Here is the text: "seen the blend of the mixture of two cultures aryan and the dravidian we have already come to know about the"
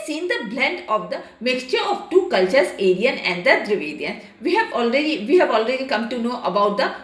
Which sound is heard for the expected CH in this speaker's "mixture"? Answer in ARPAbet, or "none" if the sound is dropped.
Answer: CH